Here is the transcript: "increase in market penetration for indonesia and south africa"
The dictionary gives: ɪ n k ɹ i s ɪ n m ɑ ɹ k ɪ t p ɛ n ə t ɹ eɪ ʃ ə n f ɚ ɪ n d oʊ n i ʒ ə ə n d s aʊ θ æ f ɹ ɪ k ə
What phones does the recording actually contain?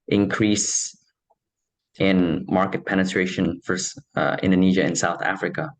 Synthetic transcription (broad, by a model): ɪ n k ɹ i s ɪ n m ɑ ɹ k ɪ t p ɛ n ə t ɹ eɪ ʃ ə n f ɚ ɪ n d oʊ n i ʒ ə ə n s aʊ θ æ f ɹ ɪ k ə